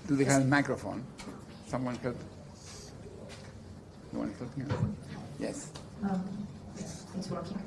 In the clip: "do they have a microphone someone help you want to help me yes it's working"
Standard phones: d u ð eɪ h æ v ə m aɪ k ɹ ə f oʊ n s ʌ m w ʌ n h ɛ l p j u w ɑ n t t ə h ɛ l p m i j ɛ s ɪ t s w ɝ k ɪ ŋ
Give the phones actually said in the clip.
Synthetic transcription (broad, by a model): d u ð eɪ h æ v ə m aɪ k ɹ ə f oʊ n s ʌ m w ʌ n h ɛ l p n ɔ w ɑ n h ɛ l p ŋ j ɛ s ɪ s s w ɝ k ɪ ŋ